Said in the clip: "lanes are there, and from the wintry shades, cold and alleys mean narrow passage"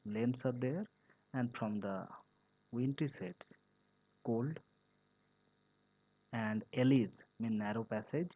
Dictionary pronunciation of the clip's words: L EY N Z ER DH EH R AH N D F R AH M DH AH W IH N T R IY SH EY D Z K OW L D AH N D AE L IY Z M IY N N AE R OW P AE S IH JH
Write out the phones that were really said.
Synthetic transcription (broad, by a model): L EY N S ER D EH R AH N D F R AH M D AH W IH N T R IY S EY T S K OW L D AH N D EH L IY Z M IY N N AE R OW P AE S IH JH